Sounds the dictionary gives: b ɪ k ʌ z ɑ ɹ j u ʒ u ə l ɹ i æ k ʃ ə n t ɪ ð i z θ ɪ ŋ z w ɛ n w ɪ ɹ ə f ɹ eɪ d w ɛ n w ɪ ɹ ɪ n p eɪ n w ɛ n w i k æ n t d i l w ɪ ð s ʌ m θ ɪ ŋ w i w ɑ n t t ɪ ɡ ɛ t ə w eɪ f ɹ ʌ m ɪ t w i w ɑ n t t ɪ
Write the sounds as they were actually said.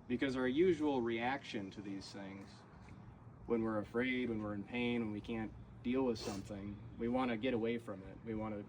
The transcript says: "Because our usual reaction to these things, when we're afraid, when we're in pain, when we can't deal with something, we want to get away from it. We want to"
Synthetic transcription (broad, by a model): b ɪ k ʌ z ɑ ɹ j u ʒ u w l ɹ i æ k ʃ ə n t ɪ ð i z θ ɪ ŋ z w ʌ n w ɪ ɹ ə f ɹ eɪ d w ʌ n w ɪ ɹ ɪ n p eɪ n w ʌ n w i k æ n d i l w ɪ ð s ʌ m θ ɪ ŋ w i w ɑ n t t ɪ ɡ ɛ t ə w eɪ f ɹ ʌ m ɪ t w i w ɑ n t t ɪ